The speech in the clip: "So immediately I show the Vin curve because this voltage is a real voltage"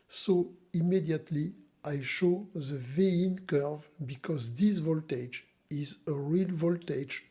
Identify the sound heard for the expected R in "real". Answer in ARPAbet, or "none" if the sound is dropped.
R